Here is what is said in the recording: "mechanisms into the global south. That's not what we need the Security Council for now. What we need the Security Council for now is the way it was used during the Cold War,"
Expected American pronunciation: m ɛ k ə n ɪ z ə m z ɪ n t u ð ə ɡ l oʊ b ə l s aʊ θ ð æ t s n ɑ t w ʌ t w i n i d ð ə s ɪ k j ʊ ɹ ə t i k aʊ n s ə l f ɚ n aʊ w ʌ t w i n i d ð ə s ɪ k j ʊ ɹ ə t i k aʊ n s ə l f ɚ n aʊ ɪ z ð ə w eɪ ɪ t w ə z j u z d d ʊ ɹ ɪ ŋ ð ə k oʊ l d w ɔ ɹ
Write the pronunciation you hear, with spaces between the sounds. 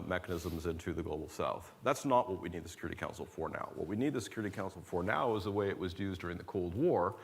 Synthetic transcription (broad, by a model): m ɛ k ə n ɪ z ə m z ɪ n t u ð ə ɡ l oʊ b l s aʊ θ ð æ t s n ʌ t w ʌ t w i n i d ð ə s ɪ k j ʊ ɹ ə t i k aʊ n s l f ɚ n aʊ w ʌ t w i n i d ð ə s ɪ k j ʊ ɹ ə t i k aʊ n s l f ɚ n aʊ ɪ z ð ə w eɪ ɪ t w ə z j u z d d ʊ ɹ ɪ ŋ ð ə k oʊ l d w ɔ ɹ